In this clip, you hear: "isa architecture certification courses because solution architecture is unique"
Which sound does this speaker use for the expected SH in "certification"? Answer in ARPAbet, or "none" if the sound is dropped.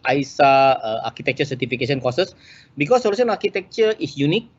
S